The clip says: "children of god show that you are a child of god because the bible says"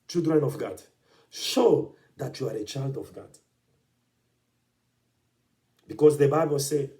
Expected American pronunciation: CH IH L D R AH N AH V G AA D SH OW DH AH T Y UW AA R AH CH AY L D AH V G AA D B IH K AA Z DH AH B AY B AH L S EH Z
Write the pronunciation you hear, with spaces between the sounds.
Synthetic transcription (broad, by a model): CH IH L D R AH N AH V G AA D SH OW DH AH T Y UW AA R AH CH AY L D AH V G AA D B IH K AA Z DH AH B AY B AH L S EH